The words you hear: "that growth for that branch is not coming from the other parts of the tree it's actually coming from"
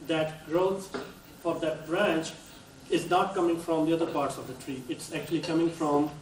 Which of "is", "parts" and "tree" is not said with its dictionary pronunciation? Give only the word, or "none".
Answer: none